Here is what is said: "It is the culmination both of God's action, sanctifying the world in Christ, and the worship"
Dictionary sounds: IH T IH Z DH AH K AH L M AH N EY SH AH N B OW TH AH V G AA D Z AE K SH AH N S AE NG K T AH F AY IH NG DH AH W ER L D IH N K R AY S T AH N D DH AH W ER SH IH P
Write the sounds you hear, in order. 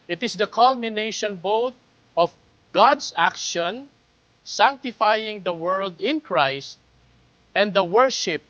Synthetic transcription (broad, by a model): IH T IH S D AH K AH L M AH N EY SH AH N B OW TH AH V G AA D S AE K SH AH N S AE NG K T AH F AY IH NG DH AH W ER L D IH N K R AY S T AH N D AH W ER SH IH P